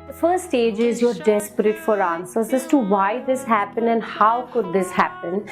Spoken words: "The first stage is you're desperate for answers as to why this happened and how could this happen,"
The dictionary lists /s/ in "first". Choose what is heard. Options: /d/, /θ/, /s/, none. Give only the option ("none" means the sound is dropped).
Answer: none